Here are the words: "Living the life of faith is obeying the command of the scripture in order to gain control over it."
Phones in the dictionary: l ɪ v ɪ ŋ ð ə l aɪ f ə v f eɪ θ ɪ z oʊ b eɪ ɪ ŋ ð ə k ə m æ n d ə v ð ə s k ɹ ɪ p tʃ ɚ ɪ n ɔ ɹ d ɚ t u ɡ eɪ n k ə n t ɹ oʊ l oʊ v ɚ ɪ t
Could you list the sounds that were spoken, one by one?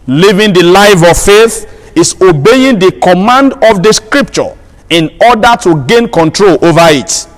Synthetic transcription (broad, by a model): l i v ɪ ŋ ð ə l aɪ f ə v f eɪ θ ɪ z oʊ b eɪ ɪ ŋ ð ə k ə m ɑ n d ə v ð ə s k ɹ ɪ p tʃ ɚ ɪ n ɔ d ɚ t u ɡ eɪ n k ə n t ɹ oʊ l oʊ v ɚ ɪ t